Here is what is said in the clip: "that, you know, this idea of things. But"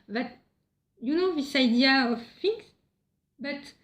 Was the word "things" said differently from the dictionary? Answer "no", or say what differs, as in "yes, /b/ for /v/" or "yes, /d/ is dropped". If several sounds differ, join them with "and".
yes, /f/ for /θ/